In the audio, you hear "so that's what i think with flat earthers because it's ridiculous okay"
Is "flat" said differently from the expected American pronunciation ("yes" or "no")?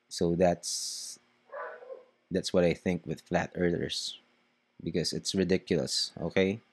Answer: no